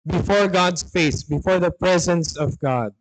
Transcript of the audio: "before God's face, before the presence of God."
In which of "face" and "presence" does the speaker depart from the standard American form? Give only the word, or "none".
none